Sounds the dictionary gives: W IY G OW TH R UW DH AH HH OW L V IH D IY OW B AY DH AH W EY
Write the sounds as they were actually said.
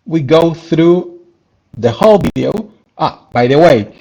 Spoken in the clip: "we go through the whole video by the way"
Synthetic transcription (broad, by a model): W IY G OW TH R UW DH AH HH OW L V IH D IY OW B AY DH AH W EY